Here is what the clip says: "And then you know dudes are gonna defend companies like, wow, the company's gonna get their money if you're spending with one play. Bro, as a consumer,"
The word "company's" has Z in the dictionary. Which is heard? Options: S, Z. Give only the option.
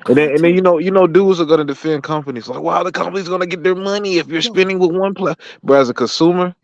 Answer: Z